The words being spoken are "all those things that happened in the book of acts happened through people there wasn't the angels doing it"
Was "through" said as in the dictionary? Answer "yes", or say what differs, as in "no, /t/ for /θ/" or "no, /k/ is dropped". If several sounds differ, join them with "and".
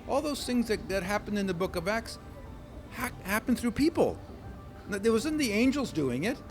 yes